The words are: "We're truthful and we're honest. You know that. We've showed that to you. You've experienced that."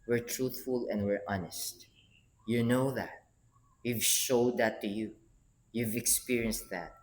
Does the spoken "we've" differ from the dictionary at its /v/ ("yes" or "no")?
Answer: no